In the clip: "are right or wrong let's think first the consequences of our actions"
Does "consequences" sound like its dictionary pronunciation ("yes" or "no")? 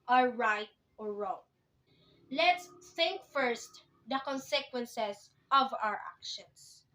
no